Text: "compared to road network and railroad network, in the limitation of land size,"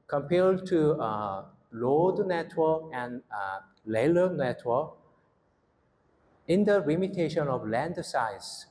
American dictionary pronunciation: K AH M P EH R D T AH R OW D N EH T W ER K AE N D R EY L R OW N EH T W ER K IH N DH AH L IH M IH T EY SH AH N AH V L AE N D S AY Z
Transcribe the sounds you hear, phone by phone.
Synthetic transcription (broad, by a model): K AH M P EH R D T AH L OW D N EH T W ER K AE N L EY L OW N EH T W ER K IH N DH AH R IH M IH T EY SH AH N AH V L AE N D S AY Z